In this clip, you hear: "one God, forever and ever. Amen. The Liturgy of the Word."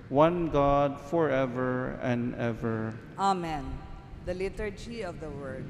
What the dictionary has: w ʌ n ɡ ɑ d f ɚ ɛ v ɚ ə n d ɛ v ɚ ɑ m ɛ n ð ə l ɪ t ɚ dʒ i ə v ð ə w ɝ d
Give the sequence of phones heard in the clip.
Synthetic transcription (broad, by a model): w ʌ n ɡ ɑ d f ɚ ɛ v ɚ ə n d ɛ v ɚ ɑ m ɛ n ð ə l ɪ t ɚ dʒ i ə v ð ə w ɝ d